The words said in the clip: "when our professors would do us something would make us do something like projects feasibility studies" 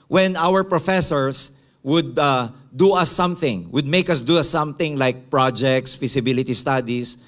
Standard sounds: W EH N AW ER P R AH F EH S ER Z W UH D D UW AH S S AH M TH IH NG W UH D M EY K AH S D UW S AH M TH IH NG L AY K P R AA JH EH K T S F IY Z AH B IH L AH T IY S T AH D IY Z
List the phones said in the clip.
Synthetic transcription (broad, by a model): W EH N AW ER P R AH F EH S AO S W UH D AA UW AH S S AH M TH IH NG W UH D M EY K AH S D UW S AH M TH IH NG L AY K P R AA JH EH K T S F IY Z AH B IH L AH T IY S T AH D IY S